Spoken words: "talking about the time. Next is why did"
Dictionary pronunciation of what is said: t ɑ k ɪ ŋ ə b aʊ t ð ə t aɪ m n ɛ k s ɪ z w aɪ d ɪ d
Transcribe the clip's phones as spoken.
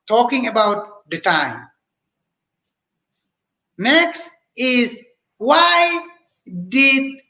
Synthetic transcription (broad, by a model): t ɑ k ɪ ŋ ə b aʊ t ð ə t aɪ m n ɛ k s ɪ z w aɪ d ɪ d